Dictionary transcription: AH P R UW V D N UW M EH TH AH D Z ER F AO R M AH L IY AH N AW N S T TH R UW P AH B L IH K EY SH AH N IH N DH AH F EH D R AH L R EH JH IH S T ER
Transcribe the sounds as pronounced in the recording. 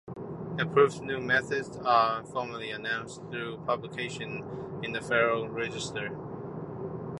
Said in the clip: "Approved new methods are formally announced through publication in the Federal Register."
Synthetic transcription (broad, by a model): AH P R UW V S N UW M EH TH AH D Z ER F AO R M AH L IY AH N AW N S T TH R UW P AH B L IH K EY SH AH N IH N DH AH F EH R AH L R EH JH IH S T ER